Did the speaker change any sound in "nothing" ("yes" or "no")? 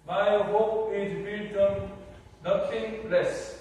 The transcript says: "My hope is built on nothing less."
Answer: yes